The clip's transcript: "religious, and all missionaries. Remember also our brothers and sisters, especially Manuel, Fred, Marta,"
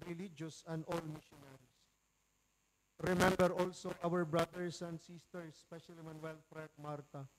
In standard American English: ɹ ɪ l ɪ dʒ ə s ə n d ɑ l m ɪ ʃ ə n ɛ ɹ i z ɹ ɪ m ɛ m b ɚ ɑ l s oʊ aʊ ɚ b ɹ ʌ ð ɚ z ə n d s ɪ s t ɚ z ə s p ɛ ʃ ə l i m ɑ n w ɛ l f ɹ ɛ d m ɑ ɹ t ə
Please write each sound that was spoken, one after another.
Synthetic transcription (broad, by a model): ɹ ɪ l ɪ dʒ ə s ə n d ɑ l m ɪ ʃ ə n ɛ ɹ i s ɹ ɪ m ɛ m b ɚ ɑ l s oʊ aʊ ɚ b ɹ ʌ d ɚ s ə n d s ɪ s t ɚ s p ɛ ʃ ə l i m ɑ n w ɛ l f ɹ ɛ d m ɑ ɹ t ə